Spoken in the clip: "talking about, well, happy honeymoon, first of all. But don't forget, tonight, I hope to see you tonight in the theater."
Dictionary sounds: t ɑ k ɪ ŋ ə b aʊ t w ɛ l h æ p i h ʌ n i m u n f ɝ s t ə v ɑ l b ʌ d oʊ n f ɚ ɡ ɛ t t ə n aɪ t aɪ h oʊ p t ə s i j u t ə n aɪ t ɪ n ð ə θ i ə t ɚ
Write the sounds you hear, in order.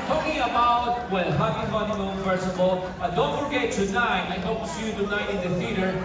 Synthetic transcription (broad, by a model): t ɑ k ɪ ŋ ə b aʊ t w ɛ l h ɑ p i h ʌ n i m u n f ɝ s ə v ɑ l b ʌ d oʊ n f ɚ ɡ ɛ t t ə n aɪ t aɪ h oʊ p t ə s i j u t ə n aɪ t ɪ n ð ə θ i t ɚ